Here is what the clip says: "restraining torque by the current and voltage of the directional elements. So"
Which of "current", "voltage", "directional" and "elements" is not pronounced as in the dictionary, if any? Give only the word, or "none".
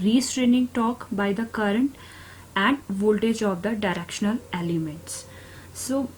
none